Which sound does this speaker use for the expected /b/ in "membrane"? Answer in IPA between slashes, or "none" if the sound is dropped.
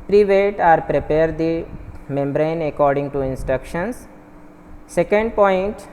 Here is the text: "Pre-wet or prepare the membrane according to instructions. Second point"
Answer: /b/